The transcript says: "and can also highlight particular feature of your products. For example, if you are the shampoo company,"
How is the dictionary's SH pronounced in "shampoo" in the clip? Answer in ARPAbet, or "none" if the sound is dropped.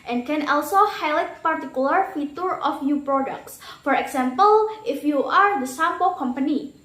S